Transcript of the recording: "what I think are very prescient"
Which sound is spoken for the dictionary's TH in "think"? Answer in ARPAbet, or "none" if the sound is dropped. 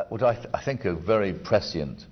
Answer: TH